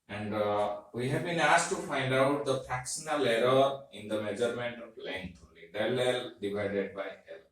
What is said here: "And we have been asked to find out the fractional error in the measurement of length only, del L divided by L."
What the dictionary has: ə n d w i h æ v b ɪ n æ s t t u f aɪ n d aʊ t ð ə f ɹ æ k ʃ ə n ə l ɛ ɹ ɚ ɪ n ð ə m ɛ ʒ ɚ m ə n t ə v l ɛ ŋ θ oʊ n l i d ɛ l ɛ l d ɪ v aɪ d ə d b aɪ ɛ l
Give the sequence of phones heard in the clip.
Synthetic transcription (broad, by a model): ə n d w i h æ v b ɪ n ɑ s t t u f aɪ n d aʊ t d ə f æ k s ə n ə l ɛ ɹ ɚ ɪ n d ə m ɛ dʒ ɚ m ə n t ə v l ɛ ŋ t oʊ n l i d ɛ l ɛ l d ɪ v aɪ d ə d b aɪ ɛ l